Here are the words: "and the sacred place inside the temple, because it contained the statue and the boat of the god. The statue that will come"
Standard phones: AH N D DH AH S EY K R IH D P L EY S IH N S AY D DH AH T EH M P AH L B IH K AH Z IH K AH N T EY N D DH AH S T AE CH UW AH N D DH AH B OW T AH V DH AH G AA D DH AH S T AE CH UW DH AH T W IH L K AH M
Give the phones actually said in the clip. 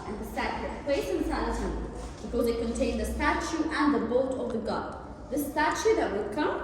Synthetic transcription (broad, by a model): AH N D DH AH S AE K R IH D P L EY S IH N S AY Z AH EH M B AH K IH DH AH IH K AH N T EY N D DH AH S T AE CH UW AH N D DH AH B OW T AH V DH AH G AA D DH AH S T AE CH UW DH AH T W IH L K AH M